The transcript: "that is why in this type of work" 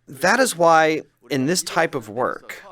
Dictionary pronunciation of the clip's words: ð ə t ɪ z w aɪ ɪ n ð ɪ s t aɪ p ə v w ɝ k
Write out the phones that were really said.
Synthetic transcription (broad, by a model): ð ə t ɪ z w aɪ ɪ n ð ɪ s t aɪ p ə v w ɝ k